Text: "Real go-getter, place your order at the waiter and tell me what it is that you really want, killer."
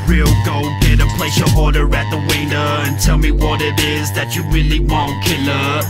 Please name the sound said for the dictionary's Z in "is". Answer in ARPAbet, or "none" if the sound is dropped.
Z